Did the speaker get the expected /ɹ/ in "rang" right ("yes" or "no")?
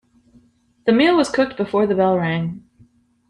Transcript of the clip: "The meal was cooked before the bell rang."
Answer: yes